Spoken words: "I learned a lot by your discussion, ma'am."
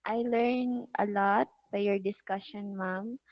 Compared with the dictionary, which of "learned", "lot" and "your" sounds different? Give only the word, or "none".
learned